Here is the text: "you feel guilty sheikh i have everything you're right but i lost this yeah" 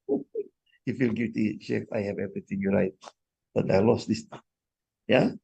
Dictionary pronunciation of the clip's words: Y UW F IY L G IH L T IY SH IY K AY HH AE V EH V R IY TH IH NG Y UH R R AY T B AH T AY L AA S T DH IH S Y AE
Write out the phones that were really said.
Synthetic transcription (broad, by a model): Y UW F IY L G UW T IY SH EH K AY HH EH V EH V R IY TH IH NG Y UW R R AY T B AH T AY L AA S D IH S Y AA